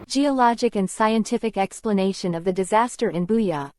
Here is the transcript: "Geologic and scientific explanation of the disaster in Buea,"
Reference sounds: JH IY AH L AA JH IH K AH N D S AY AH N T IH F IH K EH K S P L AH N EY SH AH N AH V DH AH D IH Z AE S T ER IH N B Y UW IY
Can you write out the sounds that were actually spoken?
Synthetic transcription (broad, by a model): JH IY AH L AA JH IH K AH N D S AY AH N T IH F IH K EH K S P L AH N EY SH AH N AH V DH AH D IH Z AE S T ER IH N B Y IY